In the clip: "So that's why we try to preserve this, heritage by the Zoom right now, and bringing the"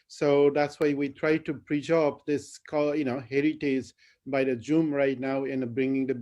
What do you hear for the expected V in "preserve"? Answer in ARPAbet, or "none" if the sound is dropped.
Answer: P